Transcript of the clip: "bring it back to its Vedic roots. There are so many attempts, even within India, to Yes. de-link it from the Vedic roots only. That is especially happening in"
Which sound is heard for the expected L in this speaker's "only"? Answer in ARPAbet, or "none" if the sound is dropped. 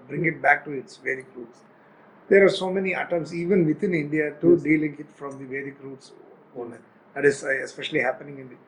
none